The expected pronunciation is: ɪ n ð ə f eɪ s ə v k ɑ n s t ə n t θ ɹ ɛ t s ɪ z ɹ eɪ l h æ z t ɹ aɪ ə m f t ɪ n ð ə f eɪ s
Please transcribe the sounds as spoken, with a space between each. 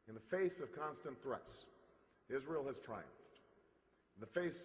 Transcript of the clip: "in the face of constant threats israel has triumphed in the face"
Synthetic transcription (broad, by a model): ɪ n ð ə f eɪ s ə v k ɑ n s t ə n θ ɹ ɛ t s ɪ z ɹ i l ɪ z t ɹ aɪ ə m f t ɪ n ð ə f eɪ s